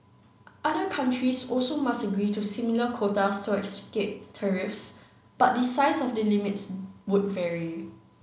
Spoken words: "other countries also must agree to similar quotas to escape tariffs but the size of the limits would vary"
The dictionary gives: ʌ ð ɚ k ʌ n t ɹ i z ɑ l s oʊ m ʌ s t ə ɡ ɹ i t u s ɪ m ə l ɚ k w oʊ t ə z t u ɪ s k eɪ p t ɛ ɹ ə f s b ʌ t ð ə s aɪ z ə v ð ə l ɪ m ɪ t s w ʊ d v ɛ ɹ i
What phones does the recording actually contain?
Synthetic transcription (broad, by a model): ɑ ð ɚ k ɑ n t ɹ i s ɑ l s oʊ m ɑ s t ə ɡ ɹ i t u s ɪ m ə l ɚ k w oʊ t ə s t u ɪ s k eɪ p t ɛ ɹ ə f s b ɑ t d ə s aɪ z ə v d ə l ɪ m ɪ t s w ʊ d v ɛ ɹ i